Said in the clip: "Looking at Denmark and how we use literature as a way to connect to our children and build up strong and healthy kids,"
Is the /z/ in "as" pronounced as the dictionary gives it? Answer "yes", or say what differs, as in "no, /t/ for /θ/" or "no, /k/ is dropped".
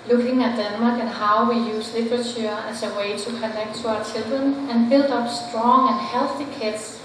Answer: no, /s/ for /z/